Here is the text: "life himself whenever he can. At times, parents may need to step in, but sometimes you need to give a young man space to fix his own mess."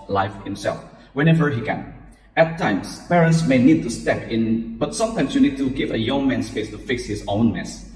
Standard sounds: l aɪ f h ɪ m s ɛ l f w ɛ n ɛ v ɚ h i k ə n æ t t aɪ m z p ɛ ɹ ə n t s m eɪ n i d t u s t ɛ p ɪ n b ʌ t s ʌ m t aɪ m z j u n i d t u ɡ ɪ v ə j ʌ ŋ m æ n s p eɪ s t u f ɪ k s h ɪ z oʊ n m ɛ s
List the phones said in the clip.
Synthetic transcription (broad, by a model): l aɪ f h ɪ m s ɛ l f w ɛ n ɛ v ɚ h i k ə n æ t t aɪ m s p ɛ ɹ ə n t s m eɪ n i d t u s t ɛ p ɪ n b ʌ t s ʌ m t aɪ m s j u n i d t u ɡ ɪ v ə j ʌ ŋ m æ n s p eɪ s t u f ɪ k s h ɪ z oʊ n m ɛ s